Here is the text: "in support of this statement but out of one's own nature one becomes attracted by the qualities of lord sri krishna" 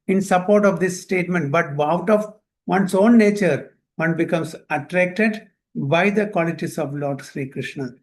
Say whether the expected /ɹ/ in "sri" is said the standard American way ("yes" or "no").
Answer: yes